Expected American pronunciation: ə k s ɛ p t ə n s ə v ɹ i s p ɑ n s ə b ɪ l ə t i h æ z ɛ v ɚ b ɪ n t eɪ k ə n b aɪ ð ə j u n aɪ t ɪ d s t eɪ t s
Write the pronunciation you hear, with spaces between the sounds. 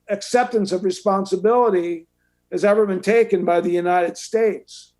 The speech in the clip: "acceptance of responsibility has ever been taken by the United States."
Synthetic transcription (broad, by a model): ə k s ɛ p t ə n s ə v ɹ i s p ɑ n s ə b ɪ l ə t i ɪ z ɛ v ɚ b ɪ n t eɪ k ə n b aɪ ð ə j u n aɪ t ɪ d s t eɪ t s